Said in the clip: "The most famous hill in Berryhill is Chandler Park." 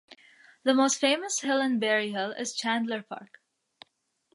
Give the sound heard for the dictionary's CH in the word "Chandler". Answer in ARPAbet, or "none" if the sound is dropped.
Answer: CH